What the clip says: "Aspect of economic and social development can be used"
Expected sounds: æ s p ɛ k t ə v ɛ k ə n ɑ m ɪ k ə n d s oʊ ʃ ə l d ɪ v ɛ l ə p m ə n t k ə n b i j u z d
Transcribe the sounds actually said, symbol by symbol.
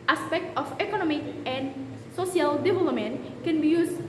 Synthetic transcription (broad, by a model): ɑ s p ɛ k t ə f ɛ k ə n ɑ m ɪ k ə n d s oʊ s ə l d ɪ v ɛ l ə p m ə n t k ə n b i j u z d